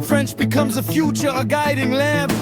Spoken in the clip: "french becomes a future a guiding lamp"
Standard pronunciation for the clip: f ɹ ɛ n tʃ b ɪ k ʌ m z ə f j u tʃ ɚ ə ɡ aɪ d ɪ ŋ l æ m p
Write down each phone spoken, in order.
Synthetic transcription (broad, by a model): f ɹ ɛ n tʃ b ɪ k ʌ m z ə f j u tʃ ɚ ə ɡ aɪ d ɪ ŋ l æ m